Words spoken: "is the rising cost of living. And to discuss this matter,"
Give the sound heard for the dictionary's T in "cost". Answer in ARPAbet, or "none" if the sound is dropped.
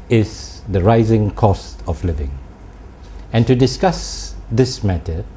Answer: T